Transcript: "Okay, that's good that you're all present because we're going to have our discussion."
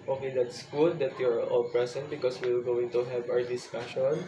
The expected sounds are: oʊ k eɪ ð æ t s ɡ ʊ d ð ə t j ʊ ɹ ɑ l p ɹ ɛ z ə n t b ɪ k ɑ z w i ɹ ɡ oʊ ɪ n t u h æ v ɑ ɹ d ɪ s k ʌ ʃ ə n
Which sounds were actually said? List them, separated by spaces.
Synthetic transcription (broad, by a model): oʊ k eɪ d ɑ t s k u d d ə t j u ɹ ɑ l p ɹ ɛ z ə n t b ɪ k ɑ s w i l ɡ oʊ ɪ n t u h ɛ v ɑ ɹ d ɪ s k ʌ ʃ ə n